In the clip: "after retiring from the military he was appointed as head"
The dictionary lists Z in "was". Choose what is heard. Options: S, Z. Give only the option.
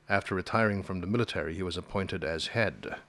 Z